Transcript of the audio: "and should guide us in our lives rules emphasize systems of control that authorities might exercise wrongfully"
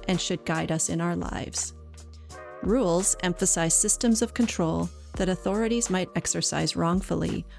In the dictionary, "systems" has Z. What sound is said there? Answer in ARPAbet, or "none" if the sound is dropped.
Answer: Z